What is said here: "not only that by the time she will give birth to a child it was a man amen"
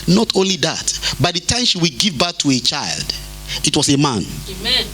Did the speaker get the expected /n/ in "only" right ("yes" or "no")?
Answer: yes